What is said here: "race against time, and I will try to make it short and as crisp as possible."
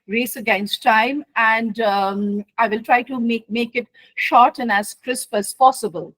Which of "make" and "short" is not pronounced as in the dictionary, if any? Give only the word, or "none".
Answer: none